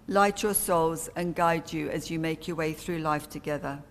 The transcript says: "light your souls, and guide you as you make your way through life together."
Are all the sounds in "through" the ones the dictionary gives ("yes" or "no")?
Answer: yes